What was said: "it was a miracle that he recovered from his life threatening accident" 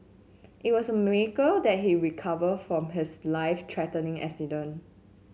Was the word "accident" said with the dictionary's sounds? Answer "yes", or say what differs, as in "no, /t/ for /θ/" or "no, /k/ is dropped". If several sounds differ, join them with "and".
no, /t/ is dropped